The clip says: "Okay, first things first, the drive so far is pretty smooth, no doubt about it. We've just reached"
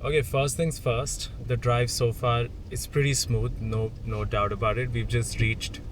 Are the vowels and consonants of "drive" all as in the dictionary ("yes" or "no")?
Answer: yes